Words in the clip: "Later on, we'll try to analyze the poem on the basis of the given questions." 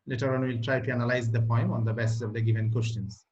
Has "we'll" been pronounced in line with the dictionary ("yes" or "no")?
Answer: yes